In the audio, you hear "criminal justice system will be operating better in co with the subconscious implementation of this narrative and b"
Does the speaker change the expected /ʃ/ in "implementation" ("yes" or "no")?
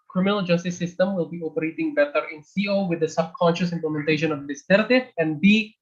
no